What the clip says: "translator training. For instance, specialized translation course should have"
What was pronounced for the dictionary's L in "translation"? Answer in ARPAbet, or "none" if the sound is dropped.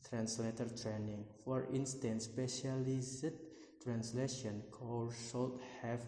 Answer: L